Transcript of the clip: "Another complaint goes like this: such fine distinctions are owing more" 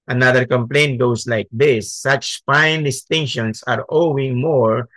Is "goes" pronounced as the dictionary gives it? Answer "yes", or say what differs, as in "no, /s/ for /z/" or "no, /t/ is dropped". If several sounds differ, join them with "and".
no, /s/ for /z/